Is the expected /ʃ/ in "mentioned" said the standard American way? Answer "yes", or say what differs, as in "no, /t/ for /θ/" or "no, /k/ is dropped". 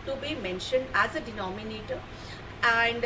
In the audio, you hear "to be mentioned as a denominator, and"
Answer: yes